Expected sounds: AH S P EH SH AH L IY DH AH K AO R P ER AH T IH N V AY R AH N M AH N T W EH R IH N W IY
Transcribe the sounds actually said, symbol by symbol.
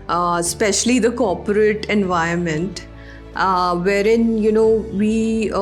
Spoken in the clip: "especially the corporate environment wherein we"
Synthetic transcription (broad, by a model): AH S P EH SH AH L IY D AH K AO R P ER AH T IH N V AY AH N M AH N T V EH R IH N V IY